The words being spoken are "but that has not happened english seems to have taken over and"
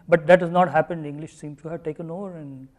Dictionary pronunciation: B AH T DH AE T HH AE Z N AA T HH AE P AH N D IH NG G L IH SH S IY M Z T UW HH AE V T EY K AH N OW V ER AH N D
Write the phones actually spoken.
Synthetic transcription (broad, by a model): B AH T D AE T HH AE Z N AA T HH AE P AH N D IH NG G L IH SH S IY M T UW HH AE V T EY K AH N OW V ER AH N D